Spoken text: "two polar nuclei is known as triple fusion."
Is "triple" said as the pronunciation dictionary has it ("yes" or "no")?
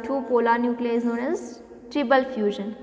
no